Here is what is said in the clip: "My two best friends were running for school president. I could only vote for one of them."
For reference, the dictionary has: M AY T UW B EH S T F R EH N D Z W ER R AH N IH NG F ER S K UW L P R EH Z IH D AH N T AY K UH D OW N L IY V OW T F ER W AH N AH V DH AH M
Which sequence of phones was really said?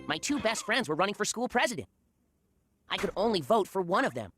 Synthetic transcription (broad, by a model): M AY T UW B EH S T F R EH N D Z W ER R AH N IH NG F ER S K UW L P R EH Z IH D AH N T AY K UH D OW N L IY V OW T F ER W AH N AH V DH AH M